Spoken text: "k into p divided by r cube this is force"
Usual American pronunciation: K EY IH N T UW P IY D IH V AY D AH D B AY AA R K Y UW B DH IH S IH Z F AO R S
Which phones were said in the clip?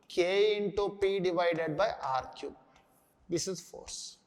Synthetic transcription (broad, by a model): K EY IH N T UW P IY D IH V AY D AH D B AY AA R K Y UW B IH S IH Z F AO R S